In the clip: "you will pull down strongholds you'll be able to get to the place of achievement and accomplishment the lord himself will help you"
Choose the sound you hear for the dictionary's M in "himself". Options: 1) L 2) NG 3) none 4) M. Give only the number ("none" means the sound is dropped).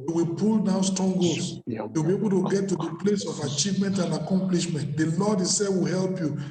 3